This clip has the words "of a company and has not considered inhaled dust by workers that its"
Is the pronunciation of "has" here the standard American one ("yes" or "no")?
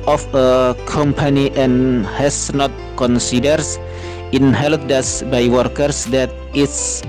no